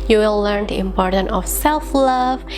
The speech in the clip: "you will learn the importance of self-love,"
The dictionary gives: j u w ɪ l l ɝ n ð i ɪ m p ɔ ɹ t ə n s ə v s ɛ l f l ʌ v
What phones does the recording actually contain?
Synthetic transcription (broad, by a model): j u w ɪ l l ɝ n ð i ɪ m p ɔ ɹ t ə n ə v s ɛ l f l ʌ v